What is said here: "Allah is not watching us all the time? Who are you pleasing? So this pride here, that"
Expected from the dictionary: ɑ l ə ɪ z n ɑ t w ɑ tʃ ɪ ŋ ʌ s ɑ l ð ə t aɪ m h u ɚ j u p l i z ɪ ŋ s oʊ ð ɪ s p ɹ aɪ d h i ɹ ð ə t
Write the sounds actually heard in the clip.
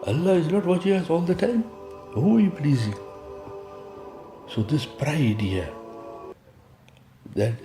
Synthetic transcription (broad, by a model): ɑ l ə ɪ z n ɑ t w ɑ tʃ ɪ ŋ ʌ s ɑ l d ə t aɪ m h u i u p l i z ɪ ŋ s oʊ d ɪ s p ɹ aɪ d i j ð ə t